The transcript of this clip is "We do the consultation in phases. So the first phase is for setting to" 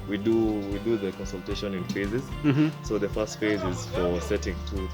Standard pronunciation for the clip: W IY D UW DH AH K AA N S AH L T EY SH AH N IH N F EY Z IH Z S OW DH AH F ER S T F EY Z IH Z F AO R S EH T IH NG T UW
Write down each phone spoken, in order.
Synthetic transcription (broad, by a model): W IY D UW DH AH K AA N S AH L T EY SH AH N IH N F EY Z IH Z S OW DH AH F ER S T F EY Z IH Z F AO R S EH T IH NG T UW